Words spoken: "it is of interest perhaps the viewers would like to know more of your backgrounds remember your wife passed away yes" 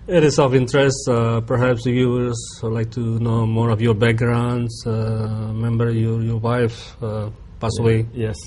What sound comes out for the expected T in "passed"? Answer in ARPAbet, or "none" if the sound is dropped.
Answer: none